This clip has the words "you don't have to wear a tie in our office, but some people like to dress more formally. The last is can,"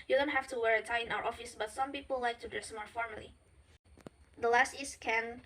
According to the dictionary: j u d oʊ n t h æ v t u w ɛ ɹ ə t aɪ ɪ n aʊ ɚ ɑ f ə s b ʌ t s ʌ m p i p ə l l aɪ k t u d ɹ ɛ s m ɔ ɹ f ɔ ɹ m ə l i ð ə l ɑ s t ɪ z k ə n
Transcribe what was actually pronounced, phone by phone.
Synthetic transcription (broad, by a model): j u d oʊ n t h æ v t u w ɛ ɹ ə t aɪ ɪ n aʊ ɚ ɑ f ə s b ʌ t s ʌ m p i p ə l l aɪ k t u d ɛ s m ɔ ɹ f ɔ ɹ m ə l i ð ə l ɑ s t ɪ s k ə n